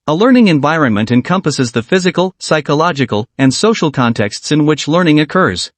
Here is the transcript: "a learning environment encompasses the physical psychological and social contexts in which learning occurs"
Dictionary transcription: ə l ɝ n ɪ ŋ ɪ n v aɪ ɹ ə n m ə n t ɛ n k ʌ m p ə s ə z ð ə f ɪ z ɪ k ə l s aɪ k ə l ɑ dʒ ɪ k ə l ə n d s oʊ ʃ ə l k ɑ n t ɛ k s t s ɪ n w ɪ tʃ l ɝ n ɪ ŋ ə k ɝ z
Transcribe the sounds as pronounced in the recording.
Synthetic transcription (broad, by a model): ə l ɝ n ɪ ŋ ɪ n v aɪ ɹ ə n m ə n t ɛ n k ʌ m p ə s ə z ð ə f ɪ z ɪ k ə l s aɪ k ə l ɑ dʒ ɪ k ə l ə n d s oʊ ʃ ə l k ɑ n t ɛ k s t s ɪ n w ɪ tʃ l ɝ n ɪ ŋ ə k ɝ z